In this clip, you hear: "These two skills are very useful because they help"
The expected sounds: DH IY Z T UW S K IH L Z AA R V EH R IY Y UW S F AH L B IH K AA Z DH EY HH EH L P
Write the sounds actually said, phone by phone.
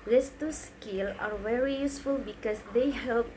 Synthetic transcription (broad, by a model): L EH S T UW S K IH L AA R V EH R IY Y UW S F AH L B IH K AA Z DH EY HH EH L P